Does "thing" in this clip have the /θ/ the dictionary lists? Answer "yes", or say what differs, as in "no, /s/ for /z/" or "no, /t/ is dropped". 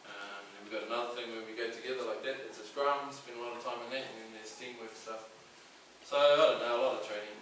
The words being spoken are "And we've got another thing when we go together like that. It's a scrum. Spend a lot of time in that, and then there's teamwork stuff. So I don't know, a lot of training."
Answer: yes